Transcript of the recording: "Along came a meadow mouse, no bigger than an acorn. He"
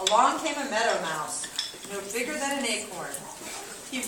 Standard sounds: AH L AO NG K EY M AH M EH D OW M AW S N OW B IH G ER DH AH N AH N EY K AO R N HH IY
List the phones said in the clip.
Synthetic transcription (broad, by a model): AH L AO NG K EY M AH M EH D OW M AW S N OW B IH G ER DH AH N AH N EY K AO R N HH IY